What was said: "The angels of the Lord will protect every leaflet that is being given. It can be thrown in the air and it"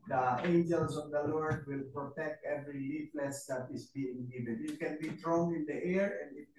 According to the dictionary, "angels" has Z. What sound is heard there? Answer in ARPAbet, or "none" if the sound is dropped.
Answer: S